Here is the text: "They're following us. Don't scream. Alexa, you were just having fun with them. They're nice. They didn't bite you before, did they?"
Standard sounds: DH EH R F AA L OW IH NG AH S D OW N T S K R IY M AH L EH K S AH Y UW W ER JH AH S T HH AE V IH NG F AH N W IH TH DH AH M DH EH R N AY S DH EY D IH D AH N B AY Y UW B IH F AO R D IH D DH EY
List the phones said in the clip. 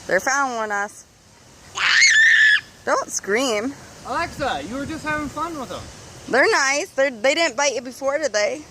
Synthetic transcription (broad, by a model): DH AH R F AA UH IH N AH S D OW N T S K R IY M AH L EH K S AH Y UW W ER JH AH S T HH AE V IH NG F AH N W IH DH AH M DH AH R N AY S DH EY D IH D N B AY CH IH B IH F AO R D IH D DH EY